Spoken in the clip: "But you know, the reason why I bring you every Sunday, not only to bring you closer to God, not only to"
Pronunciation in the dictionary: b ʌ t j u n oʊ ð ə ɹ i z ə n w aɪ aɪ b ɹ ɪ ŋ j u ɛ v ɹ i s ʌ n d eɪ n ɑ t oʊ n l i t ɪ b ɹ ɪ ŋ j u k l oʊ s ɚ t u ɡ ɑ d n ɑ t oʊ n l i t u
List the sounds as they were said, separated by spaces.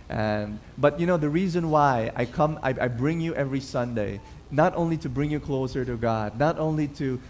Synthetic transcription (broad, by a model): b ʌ t j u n oʊ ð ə ɹ i z ə n w aɪ aɪ b ɹ ɪ ŋ j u ɛ v ɹ i s ʌ n d eɪ n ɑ t oʊ n l i t ɪ b ɹ ɪ ŋ j u k l oʊ s ɚ t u ɡ ɑ d n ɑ t oʊ n l i t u